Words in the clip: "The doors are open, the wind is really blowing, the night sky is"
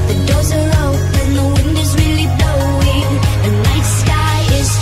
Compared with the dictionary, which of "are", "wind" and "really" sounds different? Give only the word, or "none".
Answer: none